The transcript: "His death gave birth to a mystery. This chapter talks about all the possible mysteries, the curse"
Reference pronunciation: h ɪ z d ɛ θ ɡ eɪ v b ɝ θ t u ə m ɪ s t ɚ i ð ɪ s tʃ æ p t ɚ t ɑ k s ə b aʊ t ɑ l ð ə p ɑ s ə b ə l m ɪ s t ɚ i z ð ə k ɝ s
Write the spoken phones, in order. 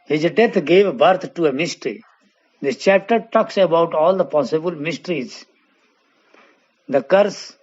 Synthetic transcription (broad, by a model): h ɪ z d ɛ t ɡ eɪ v b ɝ t t u ə m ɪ s t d i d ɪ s tʃ æ p t ɚ t ɑ k s ə b aʊ t ɑ l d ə p ɑ s ə b ə l m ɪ s t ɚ i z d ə k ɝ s